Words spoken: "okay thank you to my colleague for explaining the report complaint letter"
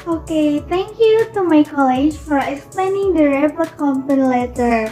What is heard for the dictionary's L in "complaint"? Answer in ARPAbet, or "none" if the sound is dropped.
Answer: none